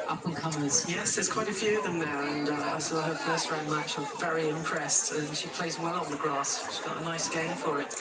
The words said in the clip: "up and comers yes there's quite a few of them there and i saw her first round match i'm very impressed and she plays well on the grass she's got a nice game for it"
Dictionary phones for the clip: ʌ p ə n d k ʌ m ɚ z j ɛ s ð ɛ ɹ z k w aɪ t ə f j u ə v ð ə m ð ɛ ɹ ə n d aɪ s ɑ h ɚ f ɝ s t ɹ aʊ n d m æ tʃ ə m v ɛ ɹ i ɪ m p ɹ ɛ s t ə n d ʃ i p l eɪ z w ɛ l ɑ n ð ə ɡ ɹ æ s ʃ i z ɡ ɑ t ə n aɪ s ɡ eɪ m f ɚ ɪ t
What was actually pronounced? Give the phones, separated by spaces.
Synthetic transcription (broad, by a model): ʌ p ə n k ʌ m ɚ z j ɛ s ð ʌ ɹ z k w aɪ t ə f j u ə v ð ə m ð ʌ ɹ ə n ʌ aɪ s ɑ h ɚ f ɝ s t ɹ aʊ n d m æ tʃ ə v ɛ ɹ i ɪ m p ɹ ɛ s t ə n ʃ i p l eɪ z w ɛ l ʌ n ð ə ɡ ɹ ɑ s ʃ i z ɡ ɑ t ə n aɪ s ɡ eɪ m f ɚ ɪ t